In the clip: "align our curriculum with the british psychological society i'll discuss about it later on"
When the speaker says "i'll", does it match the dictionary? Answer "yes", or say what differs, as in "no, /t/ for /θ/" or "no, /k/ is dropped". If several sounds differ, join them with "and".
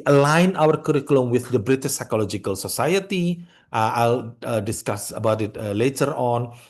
yes